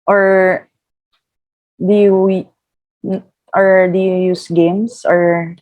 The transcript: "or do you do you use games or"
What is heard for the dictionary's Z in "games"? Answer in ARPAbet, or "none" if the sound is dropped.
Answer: S